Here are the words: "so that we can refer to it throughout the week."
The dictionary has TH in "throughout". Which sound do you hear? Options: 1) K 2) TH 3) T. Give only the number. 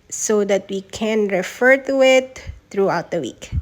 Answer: 3